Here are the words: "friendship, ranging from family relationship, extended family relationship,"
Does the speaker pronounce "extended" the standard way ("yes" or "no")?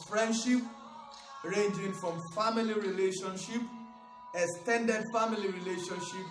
no